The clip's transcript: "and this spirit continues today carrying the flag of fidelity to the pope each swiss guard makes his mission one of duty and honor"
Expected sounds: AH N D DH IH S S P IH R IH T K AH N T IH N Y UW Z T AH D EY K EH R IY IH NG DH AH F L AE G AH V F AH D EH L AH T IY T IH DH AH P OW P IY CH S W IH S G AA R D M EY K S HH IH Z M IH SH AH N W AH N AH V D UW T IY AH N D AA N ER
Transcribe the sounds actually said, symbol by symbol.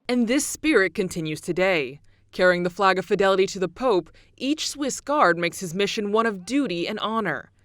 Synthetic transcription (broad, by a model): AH N DH IH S S P IH R IH T K AH N T IH N Y UW Z T AH D EY K EH R IY IH NG DH AH F L AE G AH V F AH D EH L AH T IY T IH DH AH P OW P IY CH S W IH S G AA R D M EY K S HH IH Z M IH SH AH N W AH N AH V D UW T IY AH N AA N ER